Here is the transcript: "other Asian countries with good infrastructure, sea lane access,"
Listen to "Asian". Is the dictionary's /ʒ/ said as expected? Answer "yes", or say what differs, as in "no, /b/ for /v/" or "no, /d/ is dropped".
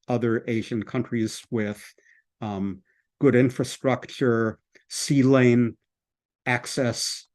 yes